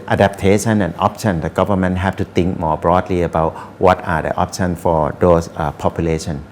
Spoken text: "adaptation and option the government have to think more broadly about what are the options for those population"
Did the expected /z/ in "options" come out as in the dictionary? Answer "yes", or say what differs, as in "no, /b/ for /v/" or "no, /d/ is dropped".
no, /z/ is dropped